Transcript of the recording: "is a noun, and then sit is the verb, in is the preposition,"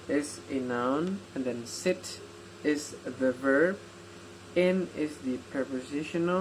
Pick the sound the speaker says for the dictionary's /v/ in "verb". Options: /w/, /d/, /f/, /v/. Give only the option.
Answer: /v/